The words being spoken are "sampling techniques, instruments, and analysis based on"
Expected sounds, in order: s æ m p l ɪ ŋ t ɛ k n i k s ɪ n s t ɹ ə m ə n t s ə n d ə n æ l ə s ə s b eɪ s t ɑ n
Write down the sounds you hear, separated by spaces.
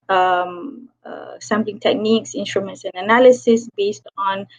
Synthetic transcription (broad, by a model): s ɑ m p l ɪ ŋ t ɛ k n i k s ɪ n s t ɹ ə m ə n t s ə n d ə n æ l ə s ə s b eɪ s t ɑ n